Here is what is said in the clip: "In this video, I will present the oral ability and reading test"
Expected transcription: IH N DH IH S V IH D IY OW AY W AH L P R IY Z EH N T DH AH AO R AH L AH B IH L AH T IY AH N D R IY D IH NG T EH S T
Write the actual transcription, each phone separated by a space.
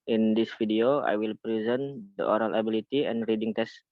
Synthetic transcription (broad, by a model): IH N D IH S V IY D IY OW AY W AH L P R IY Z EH N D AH AO R AH L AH B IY L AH T IY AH N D R IY D IH NG T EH S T